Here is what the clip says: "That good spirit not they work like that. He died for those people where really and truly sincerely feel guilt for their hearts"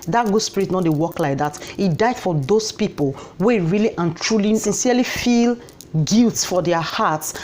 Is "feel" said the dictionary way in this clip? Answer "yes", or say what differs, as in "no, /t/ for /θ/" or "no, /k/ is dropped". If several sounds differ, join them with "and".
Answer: yes